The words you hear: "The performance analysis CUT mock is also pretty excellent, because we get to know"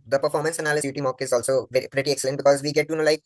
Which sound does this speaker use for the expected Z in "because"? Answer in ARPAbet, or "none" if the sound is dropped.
Z